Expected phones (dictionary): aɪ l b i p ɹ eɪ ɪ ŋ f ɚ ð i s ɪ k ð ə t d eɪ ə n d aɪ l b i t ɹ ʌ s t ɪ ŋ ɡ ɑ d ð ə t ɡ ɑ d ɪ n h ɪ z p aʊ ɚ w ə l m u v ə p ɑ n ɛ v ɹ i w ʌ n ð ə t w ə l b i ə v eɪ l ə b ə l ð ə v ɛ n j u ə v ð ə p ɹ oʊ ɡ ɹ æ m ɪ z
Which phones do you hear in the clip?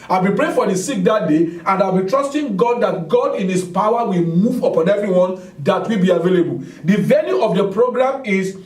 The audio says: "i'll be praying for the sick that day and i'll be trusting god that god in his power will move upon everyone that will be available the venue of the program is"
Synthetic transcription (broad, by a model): aɪ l b i p ɹ eɪ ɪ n f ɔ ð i s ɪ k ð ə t d eɪ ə n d aɪ l b i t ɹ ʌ s t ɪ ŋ ɡ ɑ d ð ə t ɡ ɑ d ɪ n h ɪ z p aʊ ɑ w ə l m u v ə p ɑ n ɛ v ɹ i w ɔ n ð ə t w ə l b i ə v eɪ l ə b ə l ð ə v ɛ l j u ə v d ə p ɹ oʊ ɡ ɹ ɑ m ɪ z